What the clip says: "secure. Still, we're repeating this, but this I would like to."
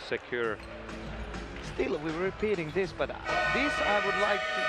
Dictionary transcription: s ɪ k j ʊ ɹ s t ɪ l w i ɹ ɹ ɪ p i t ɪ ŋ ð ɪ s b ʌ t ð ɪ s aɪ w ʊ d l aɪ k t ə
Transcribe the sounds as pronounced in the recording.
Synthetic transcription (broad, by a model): s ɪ k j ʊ ɹ s t ɪ l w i w ɹ ɪ p i t ɪ ŋ ð ɪ s b ʌ t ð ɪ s aɪ w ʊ d l aɪ k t